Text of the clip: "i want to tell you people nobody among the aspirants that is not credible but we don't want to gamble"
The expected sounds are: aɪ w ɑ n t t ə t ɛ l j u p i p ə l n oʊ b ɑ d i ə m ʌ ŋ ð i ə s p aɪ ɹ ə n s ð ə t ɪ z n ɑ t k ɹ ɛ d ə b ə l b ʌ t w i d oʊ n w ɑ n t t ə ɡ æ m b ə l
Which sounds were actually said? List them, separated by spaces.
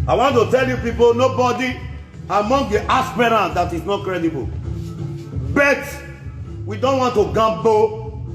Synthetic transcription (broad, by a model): aɪ w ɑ n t t ə t ɛ l j u p i p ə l n oʊ b ɑ d i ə m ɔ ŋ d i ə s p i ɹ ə n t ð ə t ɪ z n ɑ t k ɹ ɛ d ə b ə l b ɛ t w i d oʊ n w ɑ n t t ə ɡ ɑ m b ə